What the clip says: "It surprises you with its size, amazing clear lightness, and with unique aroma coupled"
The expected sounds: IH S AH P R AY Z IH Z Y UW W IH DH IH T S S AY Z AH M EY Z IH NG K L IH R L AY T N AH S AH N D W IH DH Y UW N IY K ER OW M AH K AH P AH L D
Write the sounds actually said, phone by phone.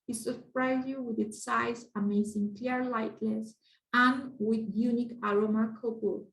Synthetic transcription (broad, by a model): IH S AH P R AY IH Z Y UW W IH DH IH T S S AY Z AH M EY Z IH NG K L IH R L AY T L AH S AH N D W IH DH Y UW N IY K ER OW M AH K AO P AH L